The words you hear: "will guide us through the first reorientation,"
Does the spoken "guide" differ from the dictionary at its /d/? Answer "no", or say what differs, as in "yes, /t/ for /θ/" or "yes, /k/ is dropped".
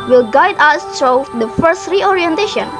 no